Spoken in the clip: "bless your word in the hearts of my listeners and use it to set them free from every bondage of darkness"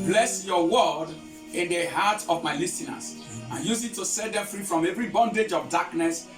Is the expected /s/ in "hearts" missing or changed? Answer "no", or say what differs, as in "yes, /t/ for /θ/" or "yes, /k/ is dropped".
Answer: yes, /s/ is dropped